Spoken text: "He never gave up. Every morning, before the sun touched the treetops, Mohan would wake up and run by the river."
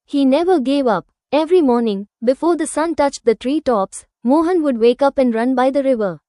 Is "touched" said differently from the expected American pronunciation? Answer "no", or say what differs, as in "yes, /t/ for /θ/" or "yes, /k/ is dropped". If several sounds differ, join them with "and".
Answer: no